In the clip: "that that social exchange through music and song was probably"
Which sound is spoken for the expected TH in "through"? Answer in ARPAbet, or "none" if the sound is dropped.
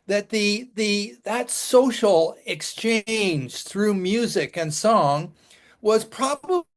TH